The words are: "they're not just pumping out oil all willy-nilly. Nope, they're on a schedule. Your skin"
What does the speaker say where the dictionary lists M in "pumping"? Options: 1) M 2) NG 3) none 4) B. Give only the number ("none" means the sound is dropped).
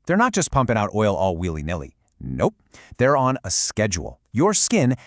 1